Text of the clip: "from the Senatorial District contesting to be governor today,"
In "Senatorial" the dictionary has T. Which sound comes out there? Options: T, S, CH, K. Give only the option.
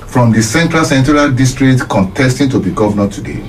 S